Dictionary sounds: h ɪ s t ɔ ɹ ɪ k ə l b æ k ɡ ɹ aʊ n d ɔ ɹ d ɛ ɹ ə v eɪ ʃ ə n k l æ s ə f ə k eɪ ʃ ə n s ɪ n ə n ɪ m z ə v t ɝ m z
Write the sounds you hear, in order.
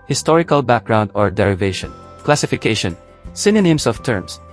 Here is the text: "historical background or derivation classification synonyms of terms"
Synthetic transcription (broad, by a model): h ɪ s t ɔ ɹ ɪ k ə l b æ k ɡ ɹ aʊ n d ɔ ɹ d ɛ ɹ ə v eɪ ʃ ə n k l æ s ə f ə k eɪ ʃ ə n s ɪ n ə n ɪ m s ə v t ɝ m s